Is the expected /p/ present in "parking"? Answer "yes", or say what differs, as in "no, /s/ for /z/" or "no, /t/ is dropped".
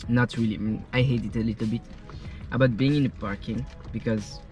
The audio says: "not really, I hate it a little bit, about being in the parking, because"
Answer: yes